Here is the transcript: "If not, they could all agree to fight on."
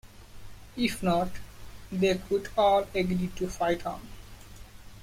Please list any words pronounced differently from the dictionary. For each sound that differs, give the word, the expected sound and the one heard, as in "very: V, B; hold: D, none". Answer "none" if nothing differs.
none